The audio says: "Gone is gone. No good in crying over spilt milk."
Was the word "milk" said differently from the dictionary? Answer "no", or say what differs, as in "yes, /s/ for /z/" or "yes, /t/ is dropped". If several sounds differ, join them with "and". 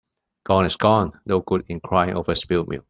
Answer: yes, /k/ is dropped